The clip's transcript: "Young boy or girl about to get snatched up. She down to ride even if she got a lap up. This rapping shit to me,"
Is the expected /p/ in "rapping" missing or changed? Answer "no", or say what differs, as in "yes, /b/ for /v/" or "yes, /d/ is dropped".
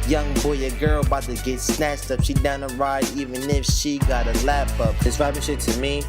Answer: yes, /b/ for /p/